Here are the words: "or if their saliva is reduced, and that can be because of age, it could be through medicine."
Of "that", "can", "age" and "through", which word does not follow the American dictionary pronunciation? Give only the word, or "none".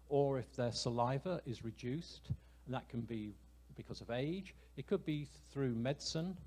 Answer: none